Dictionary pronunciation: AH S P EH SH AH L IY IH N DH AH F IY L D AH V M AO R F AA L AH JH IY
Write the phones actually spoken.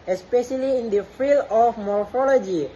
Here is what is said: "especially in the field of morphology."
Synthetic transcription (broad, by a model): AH S P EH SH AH L IY IH N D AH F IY L AH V M AO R F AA L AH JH IY